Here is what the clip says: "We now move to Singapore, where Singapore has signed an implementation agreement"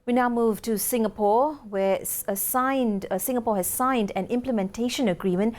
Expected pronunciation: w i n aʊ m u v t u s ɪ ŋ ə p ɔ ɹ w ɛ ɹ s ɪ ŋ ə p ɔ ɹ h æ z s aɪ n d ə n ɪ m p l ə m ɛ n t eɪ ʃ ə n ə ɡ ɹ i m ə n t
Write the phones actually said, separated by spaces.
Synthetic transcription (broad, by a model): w i n aʊ m u v t u s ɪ ŋ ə p ɔ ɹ w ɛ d s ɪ ŋ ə p ɔ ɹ h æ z s aɪ n d ə n ɪ m p l ə m ɛ n t eɪ ʃ ə n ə ɡ ɹ i m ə n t